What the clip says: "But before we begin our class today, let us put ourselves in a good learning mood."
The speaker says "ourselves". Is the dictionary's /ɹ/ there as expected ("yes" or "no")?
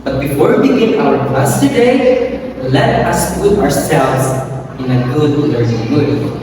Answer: yes